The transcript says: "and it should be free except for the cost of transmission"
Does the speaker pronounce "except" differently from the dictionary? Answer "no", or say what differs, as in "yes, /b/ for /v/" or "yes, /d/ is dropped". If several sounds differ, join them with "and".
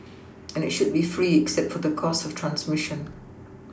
no